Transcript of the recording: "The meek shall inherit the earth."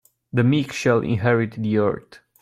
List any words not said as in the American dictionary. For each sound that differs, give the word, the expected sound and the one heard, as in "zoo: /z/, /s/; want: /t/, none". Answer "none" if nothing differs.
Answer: earth: /θ/, /t/